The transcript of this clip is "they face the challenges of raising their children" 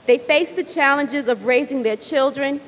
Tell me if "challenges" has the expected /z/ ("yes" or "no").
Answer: yes